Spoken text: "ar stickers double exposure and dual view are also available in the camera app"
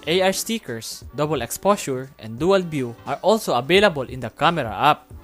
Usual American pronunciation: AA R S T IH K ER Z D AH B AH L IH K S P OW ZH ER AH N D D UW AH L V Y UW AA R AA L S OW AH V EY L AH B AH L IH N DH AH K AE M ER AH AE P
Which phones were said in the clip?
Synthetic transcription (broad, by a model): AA R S T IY K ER S D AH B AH L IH K S P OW S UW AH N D D UW AH L B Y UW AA R AA L S OW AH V EY L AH B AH L IH N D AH K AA M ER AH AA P